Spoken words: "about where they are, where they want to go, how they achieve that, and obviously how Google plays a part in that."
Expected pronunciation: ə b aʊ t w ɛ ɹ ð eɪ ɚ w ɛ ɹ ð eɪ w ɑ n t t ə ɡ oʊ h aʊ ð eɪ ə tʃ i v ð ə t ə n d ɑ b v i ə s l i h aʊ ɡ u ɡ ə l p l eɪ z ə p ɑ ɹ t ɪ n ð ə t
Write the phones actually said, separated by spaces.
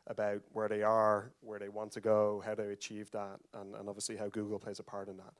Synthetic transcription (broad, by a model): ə b aʊ t w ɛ ɹ ð eɪ ɚ w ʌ ɹ ð eɪ w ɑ n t t ə ɡ oʊ h aʊ ð eɪ ə tʃ i v ð ə t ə n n ɑ b v i ə s l i h aʊ ɡ u ɡ ə l p l eɪ z ə p ɑ ɹ t ɪ n ð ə t